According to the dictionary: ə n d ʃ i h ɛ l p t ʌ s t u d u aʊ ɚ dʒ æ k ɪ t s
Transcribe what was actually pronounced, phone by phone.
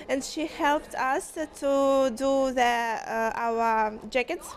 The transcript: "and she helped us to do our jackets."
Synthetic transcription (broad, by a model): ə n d ʃ i h ɛ l p t ʌ s t u d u aʊ ɚ dʒ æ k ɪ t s